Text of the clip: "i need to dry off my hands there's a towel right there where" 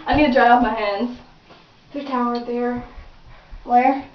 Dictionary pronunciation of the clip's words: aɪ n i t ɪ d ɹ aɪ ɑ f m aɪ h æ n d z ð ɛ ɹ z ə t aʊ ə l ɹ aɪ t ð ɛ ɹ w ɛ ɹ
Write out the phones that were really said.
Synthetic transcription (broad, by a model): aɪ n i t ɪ d ɹ aɪ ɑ p m aɪ h æ n d z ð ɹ ə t aʊ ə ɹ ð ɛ ɹ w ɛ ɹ